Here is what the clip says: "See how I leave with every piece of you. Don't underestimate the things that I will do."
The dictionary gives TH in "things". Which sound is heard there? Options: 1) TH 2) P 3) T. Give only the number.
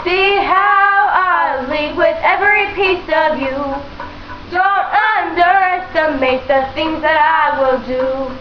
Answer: 1